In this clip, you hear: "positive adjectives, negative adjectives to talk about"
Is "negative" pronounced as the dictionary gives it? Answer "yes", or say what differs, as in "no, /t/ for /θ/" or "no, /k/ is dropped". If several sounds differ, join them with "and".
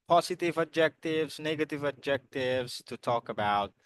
yes